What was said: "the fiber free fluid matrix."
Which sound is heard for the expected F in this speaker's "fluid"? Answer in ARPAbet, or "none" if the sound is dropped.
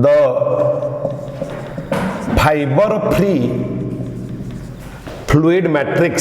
P